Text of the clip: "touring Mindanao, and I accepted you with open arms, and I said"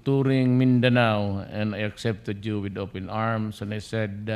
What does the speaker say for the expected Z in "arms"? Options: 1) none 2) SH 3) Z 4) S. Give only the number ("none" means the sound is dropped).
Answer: 4